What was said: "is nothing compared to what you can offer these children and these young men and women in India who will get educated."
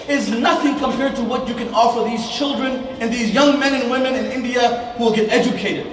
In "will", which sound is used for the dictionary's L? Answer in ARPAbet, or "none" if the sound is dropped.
L